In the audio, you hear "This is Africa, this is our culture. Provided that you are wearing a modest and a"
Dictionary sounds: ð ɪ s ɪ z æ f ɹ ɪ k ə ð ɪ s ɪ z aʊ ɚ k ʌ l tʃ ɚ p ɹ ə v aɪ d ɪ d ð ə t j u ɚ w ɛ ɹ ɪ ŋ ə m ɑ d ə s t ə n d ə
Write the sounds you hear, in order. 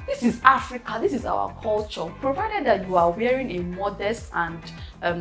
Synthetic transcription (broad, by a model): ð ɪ s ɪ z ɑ f ɹ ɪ k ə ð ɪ s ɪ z aʊ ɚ k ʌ l tʃ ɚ p ɹ ə v aɪ d ɪ d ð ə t j u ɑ w ɛ ɹ ɪ ŋ ə m ɑ d ə s t ə n d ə